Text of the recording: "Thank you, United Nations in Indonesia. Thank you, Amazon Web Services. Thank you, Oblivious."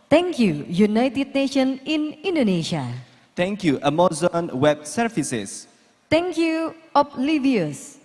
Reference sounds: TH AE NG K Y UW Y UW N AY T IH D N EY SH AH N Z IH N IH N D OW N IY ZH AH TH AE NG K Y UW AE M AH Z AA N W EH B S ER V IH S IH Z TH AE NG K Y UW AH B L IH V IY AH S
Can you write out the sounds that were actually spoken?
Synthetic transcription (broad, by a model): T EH NG K Y UW Y UW N AY T IH D N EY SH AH N IH N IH N D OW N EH SH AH T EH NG K Y UW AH M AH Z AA N W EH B S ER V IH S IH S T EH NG K Y UW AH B L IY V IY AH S